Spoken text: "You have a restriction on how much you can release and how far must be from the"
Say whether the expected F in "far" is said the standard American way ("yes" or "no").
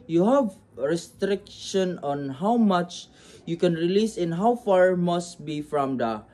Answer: yes